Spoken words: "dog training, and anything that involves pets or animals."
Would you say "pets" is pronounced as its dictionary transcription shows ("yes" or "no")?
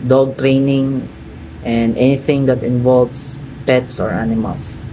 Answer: yes